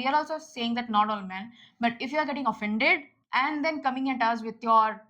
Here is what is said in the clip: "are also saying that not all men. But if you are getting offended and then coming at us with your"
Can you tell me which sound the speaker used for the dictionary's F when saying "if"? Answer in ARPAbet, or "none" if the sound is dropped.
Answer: F